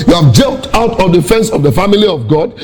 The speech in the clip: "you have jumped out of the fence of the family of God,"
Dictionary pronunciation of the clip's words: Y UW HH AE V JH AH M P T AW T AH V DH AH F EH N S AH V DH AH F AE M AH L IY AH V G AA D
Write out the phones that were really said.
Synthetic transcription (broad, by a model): Y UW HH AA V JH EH P T AW T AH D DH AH F EH N S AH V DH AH F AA M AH L IY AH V G AA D